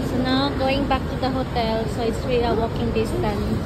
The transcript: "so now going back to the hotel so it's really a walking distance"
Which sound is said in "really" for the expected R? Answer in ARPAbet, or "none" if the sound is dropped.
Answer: W